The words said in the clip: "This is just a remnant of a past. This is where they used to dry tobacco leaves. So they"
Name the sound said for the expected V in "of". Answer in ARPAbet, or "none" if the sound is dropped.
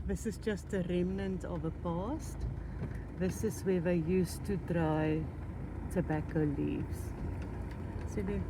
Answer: V